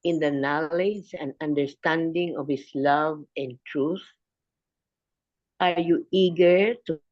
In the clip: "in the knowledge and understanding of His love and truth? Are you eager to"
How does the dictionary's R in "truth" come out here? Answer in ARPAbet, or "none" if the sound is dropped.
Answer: R